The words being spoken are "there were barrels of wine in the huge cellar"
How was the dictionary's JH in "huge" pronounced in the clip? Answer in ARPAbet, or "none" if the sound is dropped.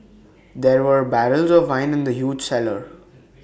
JH